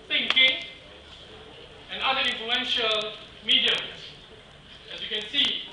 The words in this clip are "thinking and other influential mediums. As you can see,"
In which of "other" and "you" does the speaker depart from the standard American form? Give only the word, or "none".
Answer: other